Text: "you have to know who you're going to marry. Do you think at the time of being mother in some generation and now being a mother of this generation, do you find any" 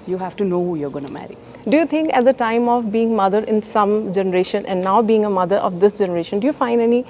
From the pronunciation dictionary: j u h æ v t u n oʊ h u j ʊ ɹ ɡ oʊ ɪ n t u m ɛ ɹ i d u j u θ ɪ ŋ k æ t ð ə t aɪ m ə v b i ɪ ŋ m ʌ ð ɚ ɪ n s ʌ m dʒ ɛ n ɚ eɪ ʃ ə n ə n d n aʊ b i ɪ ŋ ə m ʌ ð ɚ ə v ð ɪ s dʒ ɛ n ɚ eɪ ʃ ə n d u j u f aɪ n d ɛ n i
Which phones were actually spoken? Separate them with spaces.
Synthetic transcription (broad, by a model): j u h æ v t u n oʊ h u j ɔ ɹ ɡ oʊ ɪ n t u m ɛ ɹ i d u j u t ɪ ŋ k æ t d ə t aɪ m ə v b i ɪ ŋ m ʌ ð ɚ ɪ n s ʌ m dʒ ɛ n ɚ eɪ ʃ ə n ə n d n aʊ b i ɪ ŋ ə m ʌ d ɚ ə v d ɪ s dʒ ɛ n ɚ eɪ ʃ ə n d u j u f aɪ n d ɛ n i